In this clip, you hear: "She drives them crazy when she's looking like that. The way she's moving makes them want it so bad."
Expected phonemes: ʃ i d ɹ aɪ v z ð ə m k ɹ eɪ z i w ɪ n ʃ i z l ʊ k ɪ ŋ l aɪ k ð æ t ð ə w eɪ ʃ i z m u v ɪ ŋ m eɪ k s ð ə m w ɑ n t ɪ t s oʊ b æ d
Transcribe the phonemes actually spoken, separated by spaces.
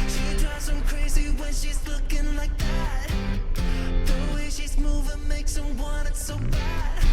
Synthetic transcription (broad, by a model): ʃ i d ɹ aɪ z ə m k ɹ eɪ z i w ɪ n ʃ i z l ʊ k ɪ ŋ l aɪ k ð æ t ð ə w eɪ ʃ i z m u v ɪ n m eɪ k s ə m w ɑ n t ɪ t s oʊ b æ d